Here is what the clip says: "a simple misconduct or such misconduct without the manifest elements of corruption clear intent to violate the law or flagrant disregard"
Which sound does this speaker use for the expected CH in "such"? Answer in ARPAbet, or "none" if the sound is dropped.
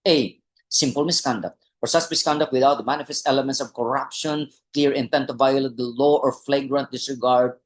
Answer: S